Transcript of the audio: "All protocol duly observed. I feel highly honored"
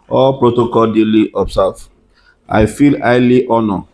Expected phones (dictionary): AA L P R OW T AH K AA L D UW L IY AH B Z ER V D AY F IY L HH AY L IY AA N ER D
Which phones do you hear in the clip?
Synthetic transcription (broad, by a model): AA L P R OW T AH K AA L D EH L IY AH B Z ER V AY F IY L AY L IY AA N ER